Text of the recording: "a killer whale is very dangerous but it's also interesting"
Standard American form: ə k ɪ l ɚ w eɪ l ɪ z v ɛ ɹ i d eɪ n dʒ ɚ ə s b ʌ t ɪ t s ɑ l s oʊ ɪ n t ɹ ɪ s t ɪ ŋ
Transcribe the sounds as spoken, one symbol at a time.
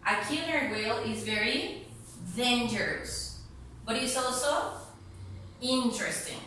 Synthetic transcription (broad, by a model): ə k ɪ n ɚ w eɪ l ɪ z v ɛ ɹ i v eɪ n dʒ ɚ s b ʌ t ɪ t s ɑ l s oʊ ɪ n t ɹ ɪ s t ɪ ŋ